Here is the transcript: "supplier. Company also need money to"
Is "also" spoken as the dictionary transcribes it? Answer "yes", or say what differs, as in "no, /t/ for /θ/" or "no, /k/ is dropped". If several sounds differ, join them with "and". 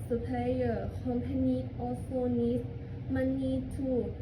no, /l/ is dropped